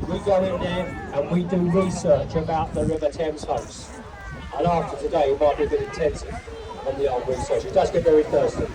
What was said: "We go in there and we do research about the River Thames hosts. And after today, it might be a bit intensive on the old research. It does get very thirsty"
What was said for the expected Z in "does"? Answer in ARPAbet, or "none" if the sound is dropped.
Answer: S